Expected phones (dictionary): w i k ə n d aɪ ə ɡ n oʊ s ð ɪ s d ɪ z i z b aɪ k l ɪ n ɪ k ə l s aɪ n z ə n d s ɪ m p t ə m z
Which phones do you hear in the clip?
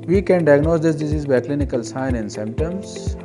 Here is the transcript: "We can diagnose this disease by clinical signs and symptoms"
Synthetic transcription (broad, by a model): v i k ə n d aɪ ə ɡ n oʊ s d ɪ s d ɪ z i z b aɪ k l ɪ n ɪ k ə l s aɪ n ə n s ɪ m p t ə m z